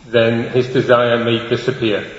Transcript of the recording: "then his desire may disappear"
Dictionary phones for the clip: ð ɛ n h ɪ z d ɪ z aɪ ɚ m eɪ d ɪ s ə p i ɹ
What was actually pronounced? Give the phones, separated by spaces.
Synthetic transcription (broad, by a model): ð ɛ n h ɪ z d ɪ z aɪ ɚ m eɪ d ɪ s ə p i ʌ